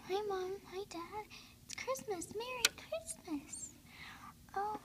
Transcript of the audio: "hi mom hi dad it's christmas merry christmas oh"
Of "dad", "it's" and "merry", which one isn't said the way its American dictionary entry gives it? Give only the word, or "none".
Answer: none